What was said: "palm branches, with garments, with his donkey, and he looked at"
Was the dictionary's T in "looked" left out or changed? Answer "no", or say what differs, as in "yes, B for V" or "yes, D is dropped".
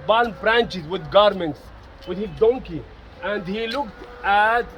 no